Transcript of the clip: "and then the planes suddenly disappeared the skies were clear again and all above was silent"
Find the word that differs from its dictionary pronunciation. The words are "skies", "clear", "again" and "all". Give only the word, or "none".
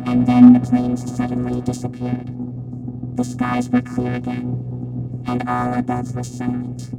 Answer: none